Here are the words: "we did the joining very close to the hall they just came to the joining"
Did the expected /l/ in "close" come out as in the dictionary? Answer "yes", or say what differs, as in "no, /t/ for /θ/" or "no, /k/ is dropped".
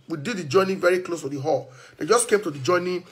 yes